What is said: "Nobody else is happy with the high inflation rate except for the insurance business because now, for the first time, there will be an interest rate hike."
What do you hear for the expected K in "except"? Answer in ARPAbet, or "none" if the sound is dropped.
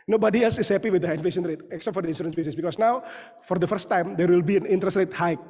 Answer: K